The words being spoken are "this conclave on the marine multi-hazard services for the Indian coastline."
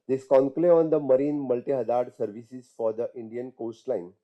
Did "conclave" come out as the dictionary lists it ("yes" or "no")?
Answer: no